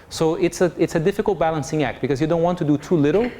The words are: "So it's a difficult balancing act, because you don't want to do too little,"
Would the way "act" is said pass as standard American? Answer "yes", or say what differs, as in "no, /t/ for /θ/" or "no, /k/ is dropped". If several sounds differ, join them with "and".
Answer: yes